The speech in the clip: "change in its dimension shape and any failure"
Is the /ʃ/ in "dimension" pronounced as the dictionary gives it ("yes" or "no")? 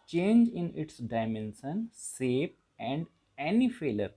no